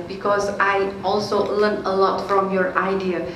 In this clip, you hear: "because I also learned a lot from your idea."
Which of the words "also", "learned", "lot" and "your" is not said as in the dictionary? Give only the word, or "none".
learned